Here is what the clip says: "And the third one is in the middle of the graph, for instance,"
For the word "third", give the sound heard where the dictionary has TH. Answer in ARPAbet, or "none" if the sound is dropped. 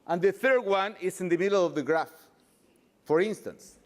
TH